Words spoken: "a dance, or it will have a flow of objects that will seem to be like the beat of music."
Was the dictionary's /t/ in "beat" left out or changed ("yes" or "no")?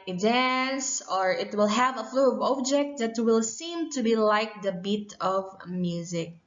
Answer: no